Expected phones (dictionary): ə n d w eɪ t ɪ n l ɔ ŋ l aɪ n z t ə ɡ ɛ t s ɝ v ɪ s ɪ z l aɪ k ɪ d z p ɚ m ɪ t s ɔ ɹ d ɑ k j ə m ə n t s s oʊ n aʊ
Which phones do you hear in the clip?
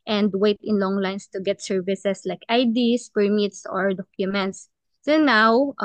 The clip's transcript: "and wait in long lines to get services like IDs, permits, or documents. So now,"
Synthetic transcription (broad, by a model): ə n d w eɪ t ɪ n l ɔ ŋ l aɪ n s t ə ɡ ɛ t s ɝ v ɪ s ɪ s l aɪ k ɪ d s p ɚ m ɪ t s ɔ ɹ d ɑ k j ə m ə n t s s oʊ n aʊ